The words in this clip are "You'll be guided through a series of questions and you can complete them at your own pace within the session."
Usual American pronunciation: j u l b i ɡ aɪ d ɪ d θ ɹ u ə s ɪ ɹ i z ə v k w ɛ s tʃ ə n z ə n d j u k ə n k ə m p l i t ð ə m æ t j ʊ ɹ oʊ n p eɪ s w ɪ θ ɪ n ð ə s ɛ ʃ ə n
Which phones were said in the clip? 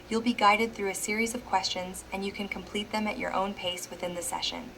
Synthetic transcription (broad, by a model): j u l b i ɡ aɪ d ɪ d θ ɹ u ə s ɪ ɹ i z ə v k w ɛ s tʃ ə n z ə n j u k ə n k ə m p l i t ð ə m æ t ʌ ɹ oʊ n p eɪ s w ɪ θ ɪ n ð ə s ɛ ʃ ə n